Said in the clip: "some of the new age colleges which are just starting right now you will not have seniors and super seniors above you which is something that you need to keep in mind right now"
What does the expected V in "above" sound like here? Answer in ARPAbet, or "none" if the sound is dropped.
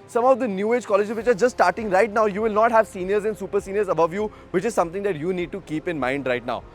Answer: V